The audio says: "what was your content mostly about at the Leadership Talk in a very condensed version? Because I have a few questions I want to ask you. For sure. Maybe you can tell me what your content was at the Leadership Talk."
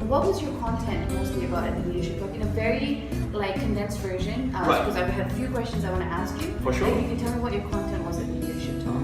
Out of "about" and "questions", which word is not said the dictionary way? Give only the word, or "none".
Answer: none